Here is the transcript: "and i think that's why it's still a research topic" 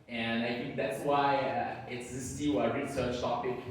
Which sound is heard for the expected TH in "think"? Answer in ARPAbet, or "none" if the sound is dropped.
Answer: TH